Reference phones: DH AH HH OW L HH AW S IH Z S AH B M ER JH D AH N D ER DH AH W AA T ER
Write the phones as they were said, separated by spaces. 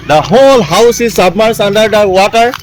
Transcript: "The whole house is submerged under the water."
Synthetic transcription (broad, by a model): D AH HH OW L HH AW S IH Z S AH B M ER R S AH N D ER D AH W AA T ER